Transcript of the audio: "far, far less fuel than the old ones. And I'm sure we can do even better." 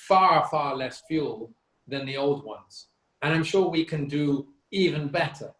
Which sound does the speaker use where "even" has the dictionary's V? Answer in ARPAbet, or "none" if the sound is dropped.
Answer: V